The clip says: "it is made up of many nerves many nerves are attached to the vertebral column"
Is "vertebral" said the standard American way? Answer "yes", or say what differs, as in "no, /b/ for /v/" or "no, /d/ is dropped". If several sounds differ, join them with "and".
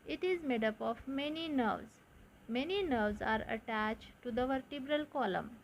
yes